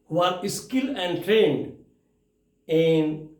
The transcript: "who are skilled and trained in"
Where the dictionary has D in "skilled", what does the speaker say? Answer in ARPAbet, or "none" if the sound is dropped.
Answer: none